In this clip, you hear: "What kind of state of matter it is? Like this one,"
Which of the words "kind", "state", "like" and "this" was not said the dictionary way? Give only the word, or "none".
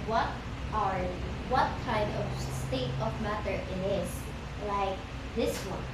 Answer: kind